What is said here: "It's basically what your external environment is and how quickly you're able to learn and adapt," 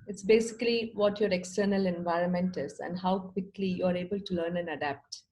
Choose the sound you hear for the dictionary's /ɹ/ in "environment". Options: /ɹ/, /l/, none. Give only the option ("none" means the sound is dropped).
/ɹ/